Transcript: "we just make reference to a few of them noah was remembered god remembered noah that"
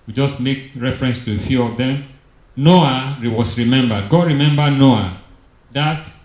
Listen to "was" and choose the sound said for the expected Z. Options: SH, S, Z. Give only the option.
S